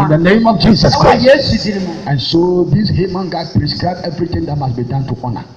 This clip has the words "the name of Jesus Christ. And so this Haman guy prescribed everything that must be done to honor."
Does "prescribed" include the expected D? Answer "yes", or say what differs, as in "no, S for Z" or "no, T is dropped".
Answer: no, D is dropped